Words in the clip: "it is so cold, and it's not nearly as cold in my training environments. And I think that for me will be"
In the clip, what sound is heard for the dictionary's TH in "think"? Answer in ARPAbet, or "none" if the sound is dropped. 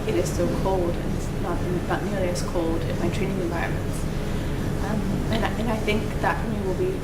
TH